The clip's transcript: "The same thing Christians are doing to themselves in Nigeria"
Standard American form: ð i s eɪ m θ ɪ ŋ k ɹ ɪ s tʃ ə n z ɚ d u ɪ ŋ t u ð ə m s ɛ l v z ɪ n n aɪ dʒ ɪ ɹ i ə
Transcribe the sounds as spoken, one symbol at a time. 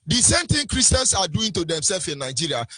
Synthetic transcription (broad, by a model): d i s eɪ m t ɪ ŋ k ɹ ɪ s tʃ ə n s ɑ d u ɪ ŋ t u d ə m s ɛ l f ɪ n n aɪ dʒ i ɹ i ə